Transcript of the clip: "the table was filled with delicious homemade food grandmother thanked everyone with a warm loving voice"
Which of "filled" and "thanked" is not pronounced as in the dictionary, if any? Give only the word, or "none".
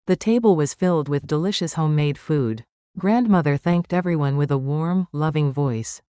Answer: none